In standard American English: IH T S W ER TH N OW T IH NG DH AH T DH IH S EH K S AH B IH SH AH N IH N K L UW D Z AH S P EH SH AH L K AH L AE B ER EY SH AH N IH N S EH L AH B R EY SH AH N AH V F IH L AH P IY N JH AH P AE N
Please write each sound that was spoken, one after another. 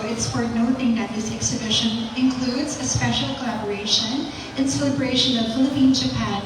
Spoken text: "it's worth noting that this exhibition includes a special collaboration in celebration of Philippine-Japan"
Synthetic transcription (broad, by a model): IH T S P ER T N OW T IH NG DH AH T DH IH S EH K S AH B IH SH AH N IH N K L UW D Z AH S P EH SH L K AH L AE B ER EY SH AH N IH N S EH L AH B R EY SH AH N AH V F IH L AH P IY N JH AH P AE N